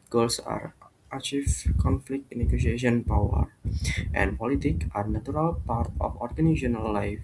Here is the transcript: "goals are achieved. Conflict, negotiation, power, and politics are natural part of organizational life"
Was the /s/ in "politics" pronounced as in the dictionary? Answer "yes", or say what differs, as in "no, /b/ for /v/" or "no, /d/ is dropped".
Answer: no, /s/ is dropped